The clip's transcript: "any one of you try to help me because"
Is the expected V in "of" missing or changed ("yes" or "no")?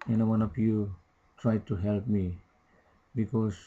yes